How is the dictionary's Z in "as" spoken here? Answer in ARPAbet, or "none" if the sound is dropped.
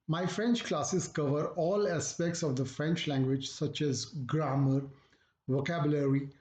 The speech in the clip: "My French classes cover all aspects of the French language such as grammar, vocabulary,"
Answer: Z